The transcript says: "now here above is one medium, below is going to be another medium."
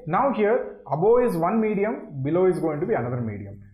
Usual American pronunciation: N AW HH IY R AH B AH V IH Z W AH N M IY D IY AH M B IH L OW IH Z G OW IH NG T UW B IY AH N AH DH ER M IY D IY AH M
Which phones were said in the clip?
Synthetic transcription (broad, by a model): N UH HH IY R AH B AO IH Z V AH N M IY D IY AH M B IH L OW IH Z G OW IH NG T UW B IY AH N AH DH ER M IY D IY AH M